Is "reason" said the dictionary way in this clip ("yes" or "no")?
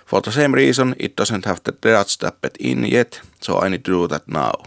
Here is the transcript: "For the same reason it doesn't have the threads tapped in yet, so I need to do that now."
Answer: no